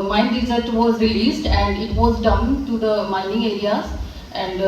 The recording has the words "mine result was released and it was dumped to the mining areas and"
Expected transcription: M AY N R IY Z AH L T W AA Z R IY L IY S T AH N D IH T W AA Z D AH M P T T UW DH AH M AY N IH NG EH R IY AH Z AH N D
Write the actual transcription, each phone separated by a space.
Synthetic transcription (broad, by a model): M AY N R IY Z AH T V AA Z R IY L IY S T AH N D IH T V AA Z D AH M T T UW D AH M AY N IH NG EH R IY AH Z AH N D